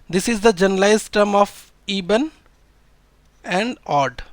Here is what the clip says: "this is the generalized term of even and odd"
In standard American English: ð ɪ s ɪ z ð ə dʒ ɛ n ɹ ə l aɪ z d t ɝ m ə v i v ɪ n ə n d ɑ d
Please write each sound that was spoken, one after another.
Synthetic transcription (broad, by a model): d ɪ s ɪ z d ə dʒ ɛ n ə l aɪ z t ɝ m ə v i b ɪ n ə n d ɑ d